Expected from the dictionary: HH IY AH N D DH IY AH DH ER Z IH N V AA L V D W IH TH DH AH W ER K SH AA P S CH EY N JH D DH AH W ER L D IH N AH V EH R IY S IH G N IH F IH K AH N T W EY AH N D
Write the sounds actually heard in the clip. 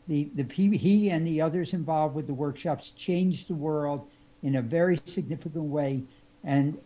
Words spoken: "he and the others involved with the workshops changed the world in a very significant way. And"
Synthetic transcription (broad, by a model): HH IY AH N DH IY AH DH ER Z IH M V AA L V D W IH DH AH W ER K SH AA P S CH EY N JH DH AH W ER L D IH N AH V EH R IY S IH G N IH F IH K AH N T W EY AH N